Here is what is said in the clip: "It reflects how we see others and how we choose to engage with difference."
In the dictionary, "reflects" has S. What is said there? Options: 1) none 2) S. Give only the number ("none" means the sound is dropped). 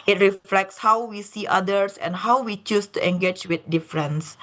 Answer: 2